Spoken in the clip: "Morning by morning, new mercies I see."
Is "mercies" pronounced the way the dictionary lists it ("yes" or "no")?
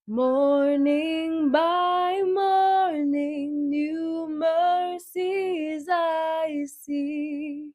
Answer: yes